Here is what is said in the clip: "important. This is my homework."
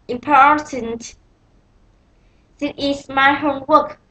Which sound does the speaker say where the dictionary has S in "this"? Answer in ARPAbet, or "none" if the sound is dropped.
none